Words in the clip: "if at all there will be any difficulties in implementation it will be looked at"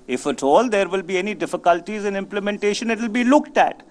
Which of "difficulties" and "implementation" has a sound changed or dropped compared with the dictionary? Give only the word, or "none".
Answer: none